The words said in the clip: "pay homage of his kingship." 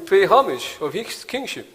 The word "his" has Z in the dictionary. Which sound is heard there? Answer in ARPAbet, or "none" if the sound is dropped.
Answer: S